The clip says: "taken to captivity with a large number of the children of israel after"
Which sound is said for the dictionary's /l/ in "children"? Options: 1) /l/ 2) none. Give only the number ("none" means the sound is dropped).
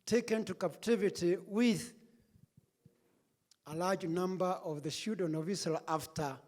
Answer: 2